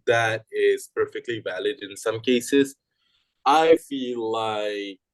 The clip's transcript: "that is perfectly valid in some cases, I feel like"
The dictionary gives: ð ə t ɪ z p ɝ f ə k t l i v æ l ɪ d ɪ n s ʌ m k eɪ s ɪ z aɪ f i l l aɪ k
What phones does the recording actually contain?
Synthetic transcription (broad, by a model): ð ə t ɪ z p ɝ f ə k t l i v æ l ɪ d ɪ n s ʌ m k eɪ s ɪ z aɪ f i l l aɪ k